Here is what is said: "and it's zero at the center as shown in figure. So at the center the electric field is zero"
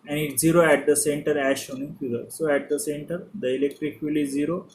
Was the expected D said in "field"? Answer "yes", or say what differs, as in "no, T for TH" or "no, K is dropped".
no, D is dropped